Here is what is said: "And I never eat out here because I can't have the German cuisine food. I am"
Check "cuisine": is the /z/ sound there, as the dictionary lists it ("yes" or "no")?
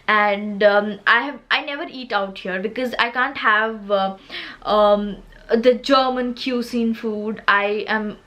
no